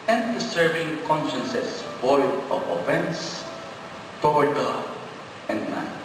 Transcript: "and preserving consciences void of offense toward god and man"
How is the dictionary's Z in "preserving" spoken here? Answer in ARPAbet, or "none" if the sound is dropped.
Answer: S